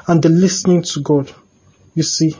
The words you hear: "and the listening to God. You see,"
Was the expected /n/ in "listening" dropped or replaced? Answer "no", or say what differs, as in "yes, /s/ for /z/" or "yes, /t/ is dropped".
no